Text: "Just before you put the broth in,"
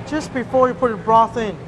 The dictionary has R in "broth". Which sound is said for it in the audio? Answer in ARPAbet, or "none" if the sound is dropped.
R